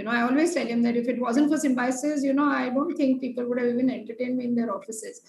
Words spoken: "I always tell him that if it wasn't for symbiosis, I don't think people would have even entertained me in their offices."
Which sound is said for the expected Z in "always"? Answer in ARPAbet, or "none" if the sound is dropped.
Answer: none